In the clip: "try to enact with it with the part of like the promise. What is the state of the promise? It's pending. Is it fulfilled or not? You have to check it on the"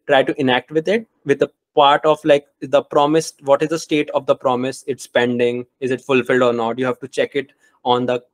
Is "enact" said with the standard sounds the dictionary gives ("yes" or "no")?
yes